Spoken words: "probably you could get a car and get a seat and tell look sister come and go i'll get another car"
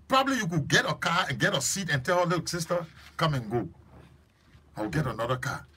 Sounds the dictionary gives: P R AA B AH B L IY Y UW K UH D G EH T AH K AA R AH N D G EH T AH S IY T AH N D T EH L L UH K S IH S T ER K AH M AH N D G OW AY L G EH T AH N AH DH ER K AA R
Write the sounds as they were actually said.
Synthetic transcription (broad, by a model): P R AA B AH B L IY Y UW K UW G EH T AH K AA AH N G EH T AH S IY T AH N T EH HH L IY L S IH S T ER K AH M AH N G OW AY W G EH T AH N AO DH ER K AA